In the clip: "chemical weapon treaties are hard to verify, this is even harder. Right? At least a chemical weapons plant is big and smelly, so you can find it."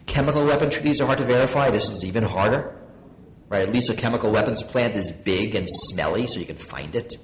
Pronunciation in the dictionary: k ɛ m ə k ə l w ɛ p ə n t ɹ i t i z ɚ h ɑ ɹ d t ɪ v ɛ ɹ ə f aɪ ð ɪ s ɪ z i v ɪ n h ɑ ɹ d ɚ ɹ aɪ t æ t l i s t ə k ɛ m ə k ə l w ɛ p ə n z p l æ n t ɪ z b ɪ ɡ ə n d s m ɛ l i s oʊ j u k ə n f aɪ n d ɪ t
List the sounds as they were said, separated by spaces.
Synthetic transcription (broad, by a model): k ɛ m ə k l w ɛ p ə n t ɹ i t i z ɚ h ɑ ɹ d t ɪ v ɛ ɹ ə f aɪ ð ɪ s ɪ z i v ɪ n h ɑ ɹ d ɚ ɹ aɪ t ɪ t l i s t ə k ɛ m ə k l w ɛ p ə n z p l æ n t ɪ z b ɪ ɡ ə n s m ɛ l i s oʊ j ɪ k n f aɪ n d ɪ t